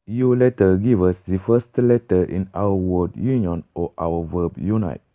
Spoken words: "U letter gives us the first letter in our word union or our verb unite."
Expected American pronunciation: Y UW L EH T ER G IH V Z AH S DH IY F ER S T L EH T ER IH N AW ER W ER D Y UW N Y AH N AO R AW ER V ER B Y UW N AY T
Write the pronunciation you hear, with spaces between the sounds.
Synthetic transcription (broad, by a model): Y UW L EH T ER G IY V AH S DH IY F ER S T L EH T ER IH N AW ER W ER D Y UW N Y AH N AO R AW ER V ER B Y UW N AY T